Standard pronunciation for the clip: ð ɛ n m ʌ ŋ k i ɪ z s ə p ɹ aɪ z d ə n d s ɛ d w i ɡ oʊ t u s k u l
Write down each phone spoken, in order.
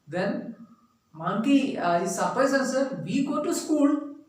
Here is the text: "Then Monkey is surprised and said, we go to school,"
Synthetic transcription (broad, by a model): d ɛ n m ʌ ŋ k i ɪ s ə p aɪ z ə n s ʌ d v i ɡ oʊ t u s k u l